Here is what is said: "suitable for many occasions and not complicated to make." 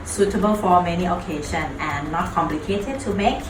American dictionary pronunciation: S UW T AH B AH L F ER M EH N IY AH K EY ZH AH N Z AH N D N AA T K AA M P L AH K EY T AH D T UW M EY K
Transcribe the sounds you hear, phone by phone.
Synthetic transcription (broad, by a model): S UW T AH B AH L F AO M EH N IY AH K EY SH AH N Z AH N N AA T K AA M P L AH K EY T AH D T UW M EY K